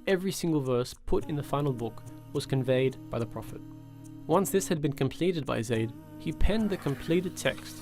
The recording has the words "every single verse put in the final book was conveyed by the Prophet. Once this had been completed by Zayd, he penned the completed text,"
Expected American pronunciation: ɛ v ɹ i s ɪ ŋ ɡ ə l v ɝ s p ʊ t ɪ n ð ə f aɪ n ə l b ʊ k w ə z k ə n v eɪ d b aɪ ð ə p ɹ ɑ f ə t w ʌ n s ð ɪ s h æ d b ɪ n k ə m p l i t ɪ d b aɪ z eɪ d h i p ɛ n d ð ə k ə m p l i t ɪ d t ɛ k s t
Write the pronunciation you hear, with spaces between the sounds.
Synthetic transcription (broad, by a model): ɛ v ɹ i s ɪ ŋ ɡ ə l v ɝ s p ʊ t ɪ n ð ə f aɪ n l b ʊ k w ə z k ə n v eɪ d b aɪ ð ə p ɹ ɑ f ə t w ʌ n s ð ɪ s h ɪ d b ɪ n k ə m p l i t ɪ d b aɪ z eɪ d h i p ɛ n ð ə k ə m p l i t ɪ d t ɛ k s t